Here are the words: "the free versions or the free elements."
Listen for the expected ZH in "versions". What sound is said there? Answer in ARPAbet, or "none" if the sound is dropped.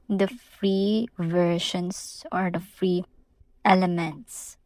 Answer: SH